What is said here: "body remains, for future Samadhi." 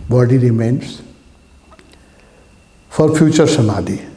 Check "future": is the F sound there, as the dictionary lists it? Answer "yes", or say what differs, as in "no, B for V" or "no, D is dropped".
no, P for F